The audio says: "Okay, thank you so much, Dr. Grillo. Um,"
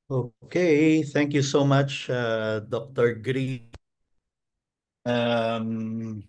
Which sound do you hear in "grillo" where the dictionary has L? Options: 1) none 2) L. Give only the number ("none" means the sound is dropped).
1